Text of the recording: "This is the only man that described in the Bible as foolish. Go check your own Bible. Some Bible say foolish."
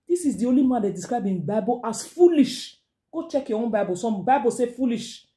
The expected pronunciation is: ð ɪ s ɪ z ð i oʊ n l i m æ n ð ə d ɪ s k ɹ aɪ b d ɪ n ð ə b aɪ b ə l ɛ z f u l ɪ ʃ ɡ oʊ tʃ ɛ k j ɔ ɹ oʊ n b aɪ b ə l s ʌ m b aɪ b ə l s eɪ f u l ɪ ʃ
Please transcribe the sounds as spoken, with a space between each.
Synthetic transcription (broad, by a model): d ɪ s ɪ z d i oʊ l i m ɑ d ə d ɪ s k ɹ aɪ b ɪ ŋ b aɪ b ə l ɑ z f u l ɪ ʃ ɡ oʊ tʃ ɛ k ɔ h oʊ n b aɪ b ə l s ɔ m b aɪ b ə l s eɪ f u l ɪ ʃ